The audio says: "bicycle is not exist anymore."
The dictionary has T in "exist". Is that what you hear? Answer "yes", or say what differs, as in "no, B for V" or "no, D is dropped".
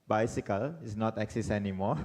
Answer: no, T is dropped